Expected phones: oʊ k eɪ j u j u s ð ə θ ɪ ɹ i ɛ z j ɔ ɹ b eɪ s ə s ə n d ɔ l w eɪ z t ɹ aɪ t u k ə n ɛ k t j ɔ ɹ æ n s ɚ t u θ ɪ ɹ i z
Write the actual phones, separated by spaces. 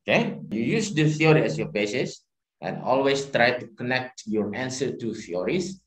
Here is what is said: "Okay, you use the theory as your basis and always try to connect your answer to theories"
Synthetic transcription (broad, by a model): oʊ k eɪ j u j u s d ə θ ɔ ɹ i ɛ s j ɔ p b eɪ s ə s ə n ɔ l w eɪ s t ɹ aɪ t u k ə n ɛ k t j ɔ ɹ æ n s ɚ t u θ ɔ ɹ i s